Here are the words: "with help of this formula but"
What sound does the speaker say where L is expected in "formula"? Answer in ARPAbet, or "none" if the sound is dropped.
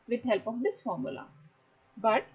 L